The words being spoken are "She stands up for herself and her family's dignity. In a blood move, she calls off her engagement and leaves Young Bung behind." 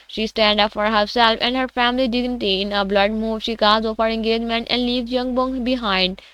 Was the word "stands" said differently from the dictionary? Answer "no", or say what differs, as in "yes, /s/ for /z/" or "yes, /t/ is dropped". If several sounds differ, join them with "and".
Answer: yes, /z/ is dropped